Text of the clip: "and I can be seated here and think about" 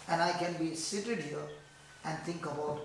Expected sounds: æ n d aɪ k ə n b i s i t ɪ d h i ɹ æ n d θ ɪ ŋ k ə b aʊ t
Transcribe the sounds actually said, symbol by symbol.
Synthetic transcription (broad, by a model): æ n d aɪ k ə n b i s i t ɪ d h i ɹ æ n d t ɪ ŋ k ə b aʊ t